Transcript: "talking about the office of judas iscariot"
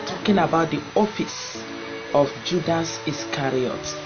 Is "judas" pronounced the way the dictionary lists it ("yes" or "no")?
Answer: yes